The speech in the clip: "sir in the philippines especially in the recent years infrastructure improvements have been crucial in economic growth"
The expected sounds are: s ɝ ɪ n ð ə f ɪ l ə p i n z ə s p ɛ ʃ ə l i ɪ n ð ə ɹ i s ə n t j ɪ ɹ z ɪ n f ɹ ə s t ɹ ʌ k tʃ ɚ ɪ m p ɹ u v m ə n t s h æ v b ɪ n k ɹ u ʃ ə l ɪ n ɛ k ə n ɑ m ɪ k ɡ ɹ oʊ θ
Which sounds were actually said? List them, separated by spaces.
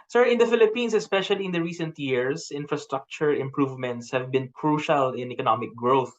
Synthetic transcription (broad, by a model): s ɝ ɪ n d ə f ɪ l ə p i n s ə s p ɛ ʃ ə l i ɪ n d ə ɹ i s ə n t j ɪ ɹ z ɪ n f ɹ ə s t ɹ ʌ k tʃ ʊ ɪ m p ɹ u v m ə n t s h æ v b ɪ n k ɹ u ʃ ə l ɪ n ɛ k ə n ɑ m ɪ k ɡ ɹ oʊ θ